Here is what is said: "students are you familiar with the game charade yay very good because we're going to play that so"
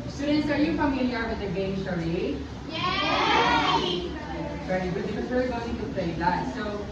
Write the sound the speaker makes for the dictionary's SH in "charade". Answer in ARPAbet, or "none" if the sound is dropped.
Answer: S